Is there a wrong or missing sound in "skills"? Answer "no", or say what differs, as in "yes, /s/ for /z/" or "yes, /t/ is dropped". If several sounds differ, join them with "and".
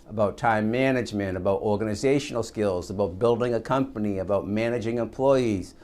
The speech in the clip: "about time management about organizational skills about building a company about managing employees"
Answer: no